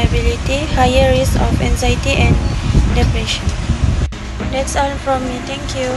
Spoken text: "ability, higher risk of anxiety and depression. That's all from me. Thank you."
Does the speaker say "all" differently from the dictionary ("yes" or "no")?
yes